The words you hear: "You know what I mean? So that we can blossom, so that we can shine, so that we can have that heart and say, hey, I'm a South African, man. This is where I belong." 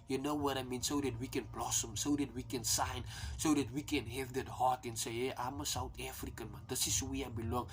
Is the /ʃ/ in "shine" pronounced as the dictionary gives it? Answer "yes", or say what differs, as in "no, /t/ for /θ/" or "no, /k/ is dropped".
no, /s/ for /ʃ/